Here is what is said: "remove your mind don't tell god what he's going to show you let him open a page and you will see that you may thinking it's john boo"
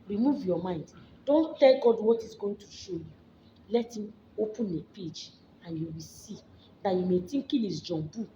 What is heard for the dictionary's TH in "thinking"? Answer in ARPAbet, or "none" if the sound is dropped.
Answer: T